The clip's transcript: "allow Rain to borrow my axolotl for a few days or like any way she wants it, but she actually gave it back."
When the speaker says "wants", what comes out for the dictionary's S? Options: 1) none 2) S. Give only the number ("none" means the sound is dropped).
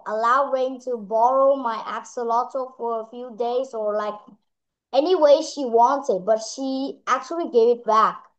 1